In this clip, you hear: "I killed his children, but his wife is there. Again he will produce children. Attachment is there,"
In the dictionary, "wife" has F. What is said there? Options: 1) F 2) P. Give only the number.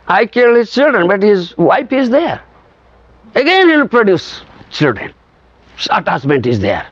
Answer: 2